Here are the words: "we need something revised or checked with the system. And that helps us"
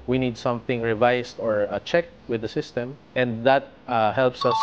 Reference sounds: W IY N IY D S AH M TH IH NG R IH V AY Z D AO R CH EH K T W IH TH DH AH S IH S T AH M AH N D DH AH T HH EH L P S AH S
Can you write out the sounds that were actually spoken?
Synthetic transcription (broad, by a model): W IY N IY D S AH M TH IH NG R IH V AY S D AO R CH EH K T W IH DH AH S IH S T AH M AH N D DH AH T HH EH L P S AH S